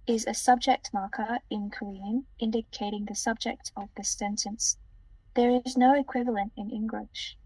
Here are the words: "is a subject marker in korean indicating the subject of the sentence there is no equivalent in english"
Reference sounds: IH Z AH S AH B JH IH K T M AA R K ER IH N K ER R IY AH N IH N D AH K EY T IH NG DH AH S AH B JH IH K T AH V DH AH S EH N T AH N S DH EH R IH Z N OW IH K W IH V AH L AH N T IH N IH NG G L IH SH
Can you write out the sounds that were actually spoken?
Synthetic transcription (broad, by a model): IH Z AH S AH B JH IH K T M AA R K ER IH N K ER R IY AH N IH N D AH K EY T IH NG DH AH S AH B JH IH K T AH V DH AH S EH N T AH N S DH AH R IH Z N OW IH K W IH V AH L AH N T IH N IH NG G L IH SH